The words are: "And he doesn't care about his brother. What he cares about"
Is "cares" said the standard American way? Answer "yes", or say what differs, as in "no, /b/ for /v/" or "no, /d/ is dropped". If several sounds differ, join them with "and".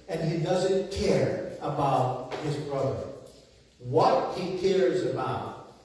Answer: yes